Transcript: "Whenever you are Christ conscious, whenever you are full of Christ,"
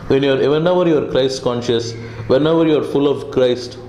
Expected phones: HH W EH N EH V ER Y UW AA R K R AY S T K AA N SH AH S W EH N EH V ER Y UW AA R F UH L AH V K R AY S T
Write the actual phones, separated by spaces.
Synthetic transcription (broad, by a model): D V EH N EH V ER Y UW AA R K R AY S T K AA N SH AH S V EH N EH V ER Y UW AA R F UH L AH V K R AY S T